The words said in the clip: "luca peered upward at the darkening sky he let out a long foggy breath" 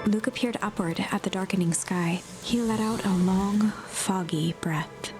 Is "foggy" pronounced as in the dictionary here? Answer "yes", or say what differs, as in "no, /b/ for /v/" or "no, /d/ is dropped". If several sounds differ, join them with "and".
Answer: yes